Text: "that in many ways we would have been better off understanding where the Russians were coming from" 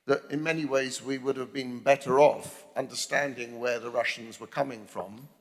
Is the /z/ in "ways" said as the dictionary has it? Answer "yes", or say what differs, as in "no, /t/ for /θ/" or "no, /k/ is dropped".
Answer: yes